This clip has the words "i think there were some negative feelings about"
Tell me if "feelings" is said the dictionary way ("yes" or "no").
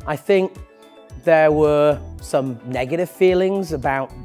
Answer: yes